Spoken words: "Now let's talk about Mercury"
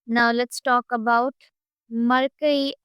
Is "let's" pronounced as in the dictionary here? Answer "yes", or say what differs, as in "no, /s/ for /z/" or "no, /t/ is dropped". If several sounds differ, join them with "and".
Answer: yes